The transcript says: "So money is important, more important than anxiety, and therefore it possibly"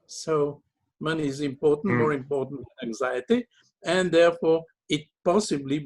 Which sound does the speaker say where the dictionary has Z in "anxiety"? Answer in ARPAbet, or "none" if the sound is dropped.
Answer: Z